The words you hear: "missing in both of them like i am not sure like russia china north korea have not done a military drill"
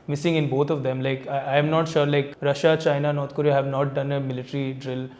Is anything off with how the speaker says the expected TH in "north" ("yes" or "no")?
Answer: yes